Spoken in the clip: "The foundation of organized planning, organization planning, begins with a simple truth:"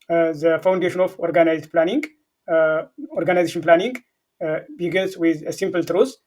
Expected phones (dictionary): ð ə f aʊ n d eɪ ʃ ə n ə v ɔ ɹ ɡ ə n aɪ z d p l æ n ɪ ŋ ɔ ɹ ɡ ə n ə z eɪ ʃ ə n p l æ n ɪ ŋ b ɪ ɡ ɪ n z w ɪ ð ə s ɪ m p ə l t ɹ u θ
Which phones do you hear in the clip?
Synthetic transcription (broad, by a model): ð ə f aʊ n d eɪ ʃ ə n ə f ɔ ɹ ɡ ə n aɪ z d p l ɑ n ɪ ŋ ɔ ɹ ɡ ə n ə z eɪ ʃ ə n p l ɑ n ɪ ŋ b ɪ ɡ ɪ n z w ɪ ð ə s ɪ m p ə l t ɹ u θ